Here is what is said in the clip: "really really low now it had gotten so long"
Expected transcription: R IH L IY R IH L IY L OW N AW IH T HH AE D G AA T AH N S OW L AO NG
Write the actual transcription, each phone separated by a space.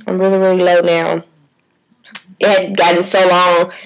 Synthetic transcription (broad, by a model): R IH L IY R IH L IY L OW N AW IH T HH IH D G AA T N S OW L AO NG